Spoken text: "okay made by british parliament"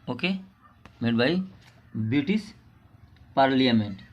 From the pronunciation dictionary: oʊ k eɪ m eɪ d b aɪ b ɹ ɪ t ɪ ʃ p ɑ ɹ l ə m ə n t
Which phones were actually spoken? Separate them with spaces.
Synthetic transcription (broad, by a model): oʊ k eɪ m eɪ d b aɪ b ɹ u t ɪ s p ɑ ɹ l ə m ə n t